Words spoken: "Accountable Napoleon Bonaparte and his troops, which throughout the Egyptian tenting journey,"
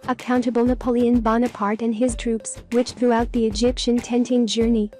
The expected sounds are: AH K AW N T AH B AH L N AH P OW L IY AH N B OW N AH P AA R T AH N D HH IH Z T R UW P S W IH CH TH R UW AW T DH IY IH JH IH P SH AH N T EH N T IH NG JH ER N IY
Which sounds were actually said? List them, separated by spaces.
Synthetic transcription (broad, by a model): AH K AW N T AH B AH L N AH P OW L IY AH N B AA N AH P AA R T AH N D IH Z T R UW P S W IH CH TH R UW AW T DH IY IH JH IH P SH AH N T EH N T IH NG JH ER N IY